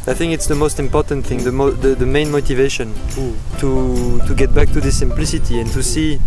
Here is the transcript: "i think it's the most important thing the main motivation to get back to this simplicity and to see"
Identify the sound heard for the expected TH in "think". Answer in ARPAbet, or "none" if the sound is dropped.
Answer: TH